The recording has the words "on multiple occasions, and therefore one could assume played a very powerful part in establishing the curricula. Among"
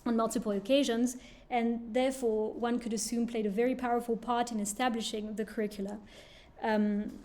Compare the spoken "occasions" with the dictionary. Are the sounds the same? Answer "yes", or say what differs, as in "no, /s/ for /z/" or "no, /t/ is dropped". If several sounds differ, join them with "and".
yes